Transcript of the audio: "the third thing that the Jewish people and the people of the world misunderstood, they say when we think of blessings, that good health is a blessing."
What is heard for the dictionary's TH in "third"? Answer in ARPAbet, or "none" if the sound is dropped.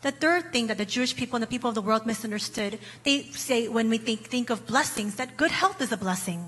TH